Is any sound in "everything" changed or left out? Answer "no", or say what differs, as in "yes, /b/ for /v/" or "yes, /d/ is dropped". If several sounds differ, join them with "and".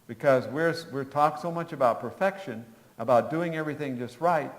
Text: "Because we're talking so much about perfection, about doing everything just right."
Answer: no